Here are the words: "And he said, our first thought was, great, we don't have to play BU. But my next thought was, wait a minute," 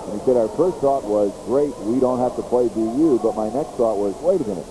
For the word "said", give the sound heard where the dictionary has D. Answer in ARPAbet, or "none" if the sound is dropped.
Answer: D